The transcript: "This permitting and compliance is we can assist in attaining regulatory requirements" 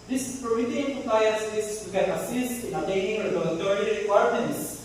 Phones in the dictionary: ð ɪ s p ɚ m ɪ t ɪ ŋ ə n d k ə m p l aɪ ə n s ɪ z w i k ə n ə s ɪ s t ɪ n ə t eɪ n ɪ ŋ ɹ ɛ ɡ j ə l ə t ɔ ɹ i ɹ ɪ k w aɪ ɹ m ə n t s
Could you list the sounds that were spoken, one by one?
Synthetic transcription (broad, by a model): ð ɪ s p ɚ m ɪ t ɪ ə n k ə p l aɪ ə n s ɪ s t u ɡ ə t ə s ɪ s t ɪ n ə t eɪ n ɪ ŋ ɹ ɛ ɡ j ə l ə t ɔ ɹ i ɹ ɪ k w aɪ ɹ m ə n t s